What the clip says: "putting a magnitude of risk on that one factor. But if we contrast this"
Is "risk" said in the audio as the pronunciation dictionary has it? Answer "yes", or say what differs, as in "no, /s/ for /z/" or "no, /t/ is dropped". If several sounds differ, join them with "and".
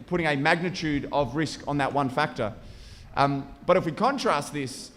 yes